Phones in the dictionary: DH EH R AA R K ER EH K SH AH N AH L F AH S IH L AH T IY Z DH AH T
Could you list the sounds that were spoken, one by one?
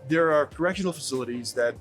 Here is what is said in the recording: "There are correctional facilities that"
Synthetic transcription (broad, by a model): DH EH R AA R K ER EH K SH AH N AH L F AH S IH L AH T IY Z DH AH T